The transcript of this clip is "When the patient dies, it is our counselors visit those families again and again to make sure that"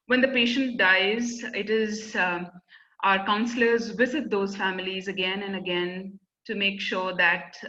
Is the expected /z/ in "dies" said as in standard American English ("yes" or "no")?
yes